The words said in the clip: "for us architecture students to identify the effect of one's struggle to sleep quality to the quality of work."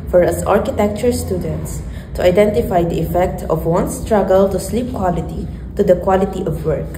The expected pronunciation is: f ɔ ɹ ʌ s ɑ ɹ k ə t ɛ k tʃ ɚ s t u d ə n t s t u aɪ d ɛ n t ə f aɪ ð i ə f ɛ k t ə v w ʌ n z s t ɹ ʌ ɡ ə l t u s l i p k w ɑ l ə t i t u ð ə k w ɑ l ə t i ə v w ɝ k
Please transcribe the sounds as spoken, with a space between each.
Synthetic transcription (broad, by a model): f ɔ ɹ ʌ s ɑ ɹ k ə t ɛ k tʃ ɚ s t u d ə n t s t u aɪ d ɛ n t ə f aɪ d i ə f ɛ k t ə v w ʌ n s t ɹ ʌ ɡ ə l t u s l i p k w ɑ l ə t i t u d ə k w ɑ l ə t i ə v w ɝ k